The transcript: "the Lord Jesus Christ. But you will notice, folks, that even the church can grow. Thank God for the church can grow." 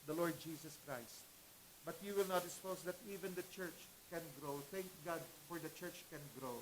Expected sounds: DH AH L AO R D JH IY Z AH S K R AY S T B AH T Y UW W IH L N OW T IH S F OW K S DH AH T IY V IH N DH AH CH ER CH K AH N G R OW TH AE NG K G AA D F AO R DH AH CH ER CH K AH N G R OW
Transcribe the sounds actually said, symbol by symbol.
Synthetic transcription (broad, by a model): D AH L AO R D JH IY S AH S K R AY S T B AH T Y UW W IH L N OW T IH S P OW S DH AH T IY V IH N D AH CH ER CH K AH N G R OW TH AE NG K G AA D F AO R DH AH CH ER CH K AH N G R OW